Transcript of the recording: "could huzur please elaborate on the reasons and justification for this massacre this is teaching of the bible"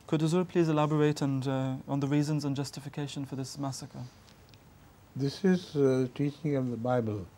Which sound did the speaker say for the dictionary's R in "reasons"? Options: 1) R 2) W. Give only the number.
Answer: 1